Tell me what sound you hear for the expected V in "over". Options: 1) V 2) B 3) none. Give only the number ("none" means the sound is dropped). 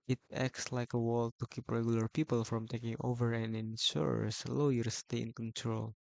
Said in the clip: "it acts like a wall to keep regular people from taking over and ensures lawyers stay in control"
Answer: 1